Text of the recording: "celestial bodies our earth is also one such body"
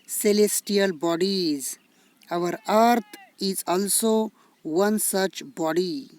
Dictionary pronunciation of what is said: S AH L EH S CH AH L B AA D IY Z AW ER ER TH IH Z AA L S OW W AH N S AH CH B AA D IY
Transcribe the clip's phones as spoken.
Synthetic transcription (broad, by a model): S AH L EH S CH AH L B AA D IY Z AW ER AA T IH Z AA L S OW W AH N S AH CH B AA D IY